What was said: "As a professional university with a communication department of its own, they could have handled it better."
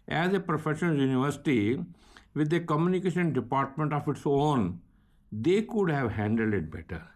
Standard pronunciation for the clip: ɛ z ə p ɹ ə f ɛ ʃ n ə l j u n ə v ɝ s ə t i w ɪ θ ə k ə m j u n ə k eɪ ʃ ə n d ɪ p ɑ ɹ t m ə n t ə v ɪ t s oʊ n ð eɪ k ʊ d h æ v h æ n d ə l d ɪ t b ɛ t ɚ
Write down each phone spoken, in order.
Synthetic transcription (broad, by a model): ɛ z ə p ɹ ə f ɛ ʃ ə n j u n ə v ɝ s ə t i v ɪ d ə k ə m j u n ə k eɪ ʃ ə n d ɪ p ɑ ɹ t m ə n t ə f ɪ t s oʊ n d eɪ k ʊ d h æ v h æ n d ə l d ɪ t b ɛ t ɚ